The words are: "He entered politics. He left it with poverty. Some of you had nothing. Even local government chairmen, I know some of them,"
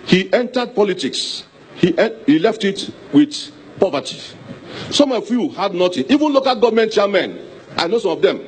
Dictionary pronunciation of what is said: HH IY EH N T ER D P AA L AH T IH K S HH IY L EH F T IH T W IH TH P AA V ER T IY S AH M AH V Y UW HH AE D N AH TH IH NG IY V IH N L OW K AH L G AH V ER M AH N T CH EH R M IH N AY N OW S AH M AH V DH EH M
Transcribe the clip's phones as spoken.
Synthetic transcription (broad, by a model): HH IY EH N T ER D P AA L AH T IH K S HH IY L EH F T IH T W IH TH P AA V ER T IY S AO M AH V Y UW HH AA D N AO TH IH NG IY V IH N L OW K AH L G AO V M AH N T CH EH M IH N AY N OW S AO M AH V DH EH M